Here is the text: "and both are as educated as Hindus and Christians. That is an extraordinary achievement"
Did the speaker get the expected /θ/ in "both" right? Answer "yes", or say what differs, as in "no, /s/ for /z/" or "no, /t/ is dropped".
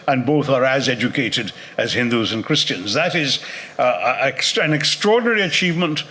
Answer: yes